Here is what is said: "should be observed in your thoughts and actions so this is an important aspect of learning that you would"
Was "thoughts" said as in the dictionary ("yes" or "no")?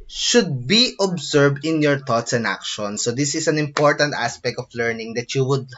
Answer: no